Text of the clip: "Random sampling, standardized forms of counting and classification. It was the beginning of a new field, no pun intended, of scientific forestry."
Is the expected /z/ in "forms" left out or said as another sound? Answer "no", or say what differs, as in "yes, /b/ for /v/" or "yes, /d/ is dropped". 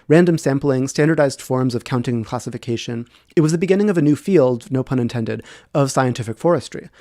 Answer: no